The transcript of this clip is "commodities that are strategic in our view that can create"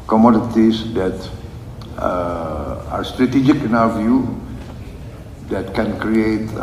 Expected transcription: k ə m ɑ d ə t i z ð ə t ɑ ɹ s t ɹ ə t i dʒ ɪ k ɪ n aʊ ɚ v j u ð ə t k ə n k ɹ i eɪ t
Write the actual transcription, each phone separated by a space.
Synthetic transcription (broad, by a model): k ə m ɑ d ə t i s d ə t ɑ ɹ s t ɹ ə t i dʒ ɪ k ɪ n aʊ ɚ v j u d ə t k ə n k ɹ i eɪ t